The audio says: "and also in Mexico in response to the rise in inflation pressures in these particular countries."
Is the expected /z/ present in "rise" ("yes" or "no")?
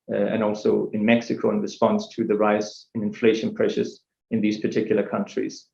no